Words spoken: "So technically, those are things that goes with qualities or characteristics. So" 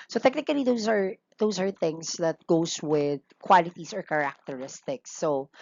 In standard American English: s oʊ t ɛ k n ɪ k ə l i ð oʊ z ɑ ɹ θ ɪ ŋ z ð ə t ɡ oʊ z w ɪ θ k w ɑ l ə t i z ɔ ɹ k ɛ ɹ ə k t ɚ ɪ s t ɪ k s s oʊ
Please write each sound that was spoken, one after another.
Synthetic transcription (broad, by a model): s oʊ t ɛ k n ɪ k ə l i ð oʊ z ɑ ɹ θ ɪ ŋ s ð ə t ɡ oʊ s w ɪ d k w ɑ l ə t i s ɔ ɹ k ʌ ɹ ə k t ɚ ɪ s t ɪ k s s oʊ